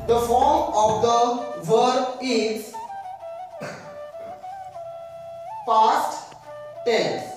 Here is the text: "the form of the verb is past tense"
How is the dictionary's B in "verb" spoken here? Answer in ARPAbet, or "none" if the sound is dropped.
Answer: none